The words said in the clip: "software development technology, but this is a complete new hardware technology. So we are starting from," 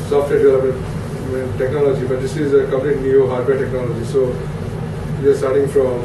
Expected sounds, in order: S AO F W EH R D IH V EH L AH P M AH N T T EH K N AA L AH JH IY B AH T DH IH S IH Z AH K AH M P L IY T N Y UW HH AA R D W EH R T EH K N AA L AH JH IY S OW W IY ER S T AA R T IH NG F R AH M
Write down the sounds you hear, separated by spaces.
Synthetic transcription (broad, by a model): S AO F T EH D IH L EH AH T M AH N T T EH K N AA L AH JH IY B AH T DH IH S IH Z AH K AH M P L IY T N Y UW HH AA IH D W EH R T EH K N AA L AH JH IY S OW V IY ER S T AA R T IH NG F R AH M